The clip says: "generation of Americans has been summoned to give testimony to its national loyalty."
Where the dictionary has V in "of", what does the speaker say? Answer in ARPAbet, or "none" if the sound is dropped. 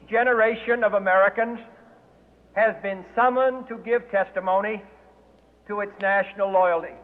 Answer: V